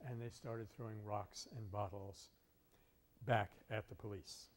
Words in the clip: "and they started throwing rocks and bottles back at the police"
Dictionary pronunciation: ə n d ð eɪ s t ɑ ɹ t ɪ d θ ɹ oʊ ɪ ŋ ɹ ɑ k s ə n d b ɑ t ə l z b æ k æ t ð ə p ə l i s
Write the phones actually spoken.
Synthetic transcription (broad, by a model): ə n ð eɪ s t ɑ ɹ t ɪ d θ ɹ oʊ ɪ ŋ ɹ ɑ k s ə n b ɑ t l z b æ k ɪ t ð ə p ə l i s